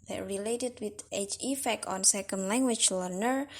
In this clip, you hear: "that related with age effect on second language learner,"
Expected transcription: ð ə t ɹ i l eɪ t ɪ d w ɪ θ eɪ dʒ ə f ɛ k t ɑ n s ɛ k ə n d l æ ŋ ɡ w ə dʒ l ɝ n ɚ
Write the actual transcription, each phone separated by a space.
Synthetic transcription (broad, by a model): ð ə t ɹ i l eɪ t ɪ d w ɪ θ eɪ tʃ ə f ɛ k t ɑ n s ɛ k ə n d l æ ŋ ɡ w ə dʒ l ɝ n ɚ